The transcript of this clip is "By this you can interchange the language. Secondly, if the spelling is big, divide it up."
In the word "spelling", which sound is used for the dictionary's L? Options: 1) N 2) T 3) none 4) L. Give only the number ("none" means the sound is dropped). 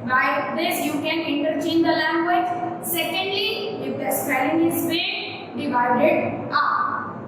3